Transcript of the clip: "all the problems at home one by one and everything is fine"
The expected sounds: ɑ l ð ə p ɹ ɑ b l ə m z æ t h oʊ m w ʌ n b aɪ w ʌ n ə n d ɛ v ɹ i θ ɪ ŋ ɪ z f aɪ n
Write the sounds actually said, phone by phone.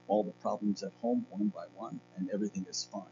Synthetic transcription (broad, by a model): ɑ l ð ə p ɹ ɑ b l ə m z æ t h oʊ m w ʌ n b aɪ w ʌ n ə n ɛ v ɹ i θ ɪ ŋ ɪ z f aɪ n